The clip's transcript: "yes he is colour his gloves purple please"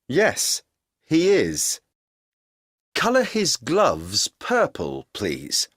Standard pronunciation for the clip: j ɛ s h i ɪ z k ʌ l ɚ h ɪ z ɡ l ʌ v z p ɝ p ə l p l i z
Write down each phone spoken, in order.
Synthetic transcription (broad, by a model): j ɛ s h i ɪ z k ʌ l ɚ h ɪ z ɡ l ʌ v z p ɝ p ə l p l i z